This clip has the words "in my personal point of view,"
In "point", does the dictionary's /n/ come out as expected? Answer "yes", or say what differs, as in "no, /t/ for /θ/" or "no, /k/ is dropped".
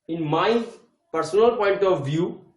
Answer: yes